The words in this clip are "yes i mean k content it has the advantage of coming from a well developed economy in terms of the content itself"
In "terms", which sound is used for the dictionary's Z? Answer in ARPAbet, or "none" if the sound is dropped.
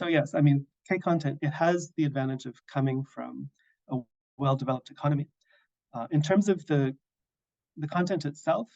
Z